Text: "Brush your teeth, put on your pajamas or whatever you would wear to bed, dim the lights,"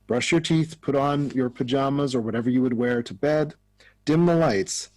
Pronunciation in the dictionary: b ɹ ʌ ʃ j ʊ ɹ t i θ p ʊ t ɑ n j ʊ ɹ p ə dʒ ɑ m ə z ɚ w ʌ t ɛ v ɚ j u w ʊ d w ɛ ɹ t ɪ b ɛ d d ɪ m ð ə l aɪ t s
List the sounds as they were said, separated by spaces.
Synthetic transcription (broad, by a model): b ɹ ʌ ʃ j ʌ ɹ t i θ p ʊ t n j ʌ ɹ p ə dʒ ɑ m ə z ɚ w ʌ t ɛ v ɚ j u w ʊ d w ɛ ɹ t ɪ b ɛ d d ɪ m ð ə l aɪ t s